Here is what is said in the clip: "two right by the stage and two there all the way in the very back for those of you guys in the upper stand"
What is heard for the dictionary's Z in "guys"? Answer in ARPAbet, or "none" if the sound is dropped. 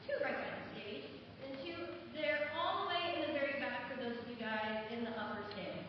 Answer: Z